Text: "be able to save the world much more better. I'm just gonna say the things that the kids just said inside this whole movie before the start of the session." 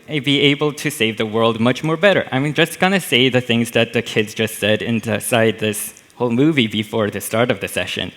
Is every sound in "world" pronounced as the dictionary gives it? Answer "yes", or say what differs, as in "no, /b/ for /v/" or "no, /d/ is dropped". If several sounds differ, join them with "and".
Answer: yes